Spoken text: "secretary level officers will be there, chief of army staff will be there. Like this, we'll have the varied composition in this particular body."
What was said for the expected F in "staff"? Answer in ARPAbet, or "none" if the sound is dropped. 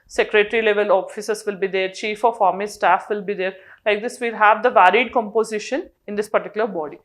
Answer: F